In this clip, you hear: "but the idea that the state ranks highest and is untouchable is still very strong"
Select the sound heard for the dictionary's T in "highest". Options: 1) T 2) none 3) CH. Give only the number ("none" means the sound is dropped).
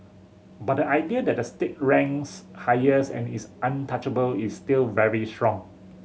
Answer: 2